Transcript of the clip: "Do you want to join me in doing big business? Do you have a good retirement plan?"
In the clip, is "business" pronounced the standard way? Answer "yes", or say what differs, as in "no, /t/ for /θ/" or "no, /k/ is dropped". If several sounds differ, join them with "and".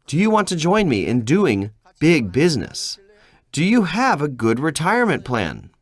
yes